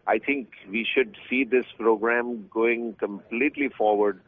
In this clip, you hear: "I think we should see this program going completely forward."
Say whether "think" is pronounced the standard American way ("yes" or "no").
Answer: no